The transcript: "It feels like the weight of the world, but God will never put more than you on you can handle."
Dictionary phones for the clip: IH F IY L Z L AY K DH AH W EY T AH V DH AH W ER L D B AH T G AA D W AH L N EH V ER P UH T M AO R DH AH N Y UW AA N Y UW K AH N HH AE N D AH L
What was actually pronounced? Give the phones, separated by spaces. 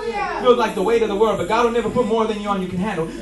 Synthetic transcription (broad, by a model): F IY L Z L AY K DH AH W EY T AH DH AH W ER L D B AH T G AA D W AH L N EH V ER P UH T M AO R DH AH N Y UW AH N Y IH K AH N HH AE N D L